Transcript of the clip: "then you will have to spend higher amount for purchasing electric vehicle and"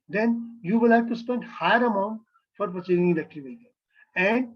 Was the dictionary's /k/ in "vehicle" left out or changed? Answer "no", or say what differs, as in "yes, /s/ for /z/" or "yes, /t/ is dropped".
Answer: yes, /k/ is dropped